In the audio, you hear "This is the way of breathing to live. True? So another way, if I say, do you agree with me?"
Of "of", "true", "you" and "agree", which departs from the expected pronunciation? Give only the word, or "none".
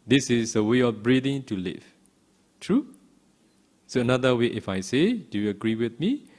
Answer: of